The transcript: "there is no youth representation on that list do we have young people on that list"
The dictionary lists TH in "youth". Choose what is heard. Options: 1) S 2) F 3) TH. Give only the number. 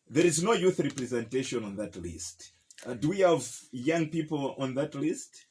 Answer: 3